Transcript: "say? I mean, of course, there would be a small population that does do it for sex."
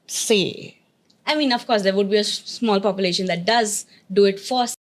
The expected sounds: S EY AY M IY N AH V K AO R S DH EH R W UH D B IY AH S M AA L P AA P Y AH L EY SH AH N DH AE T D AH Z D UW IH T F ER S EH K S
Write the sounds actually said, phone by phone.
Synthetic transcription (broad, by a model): S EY AY M IY N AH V K AO R S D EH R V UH D B IY AH S M AA L P AA P Y AH L EY SH AH N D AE T D AH Z D UW IH T F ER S S